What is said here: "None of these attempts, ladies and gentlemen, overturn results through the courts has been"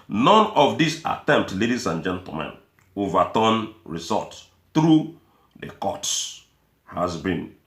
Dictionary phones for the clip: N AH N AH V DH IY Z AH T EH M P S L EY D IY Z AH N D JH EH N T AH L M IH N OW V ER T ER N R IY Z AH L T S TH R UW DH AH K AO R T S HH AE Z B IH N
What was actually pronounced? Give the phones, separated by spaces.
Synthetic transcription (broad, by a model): N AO N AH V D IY S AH T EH M P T L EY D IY S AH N JH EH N T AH M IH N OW V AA T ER N R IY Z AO T TH R UW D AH K AO T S HH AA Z B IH N